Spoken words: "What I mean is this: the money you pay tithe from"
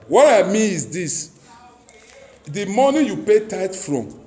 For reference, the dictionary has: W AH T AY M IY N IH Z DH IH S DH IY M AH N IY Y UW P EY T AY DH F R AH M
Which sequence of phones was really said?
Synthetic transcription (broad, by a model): W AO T AY M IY IH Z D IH S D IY M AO N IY Y UW P EY T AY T F R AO M